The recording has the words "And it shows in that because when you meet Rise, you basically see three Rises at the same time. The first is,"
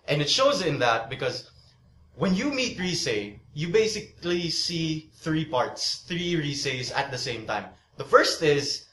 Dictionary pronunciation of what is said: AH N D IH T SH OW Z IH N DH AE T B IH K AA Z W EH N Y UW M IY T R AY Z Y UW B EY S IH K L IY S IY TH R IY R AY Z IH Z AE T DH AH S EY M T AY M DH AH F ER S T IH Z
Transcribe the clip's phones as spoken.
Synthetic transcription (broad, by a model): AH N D IH T SH OW Z IH N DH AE T B IH K AA Z W EH N Y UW M IY T R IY S Y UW B EY S IH K L IY S IY TH R IY R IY S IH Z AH T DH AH S EY M T AY M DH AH F ER S T IH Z